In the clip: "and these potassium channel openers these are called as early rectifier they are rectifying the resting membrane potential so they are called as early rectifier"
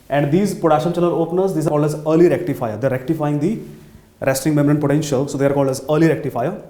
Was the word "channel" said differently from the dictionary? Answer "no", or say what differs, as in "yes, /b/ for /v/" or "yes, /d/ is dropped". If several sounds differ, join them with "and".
yes, /l/ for /n/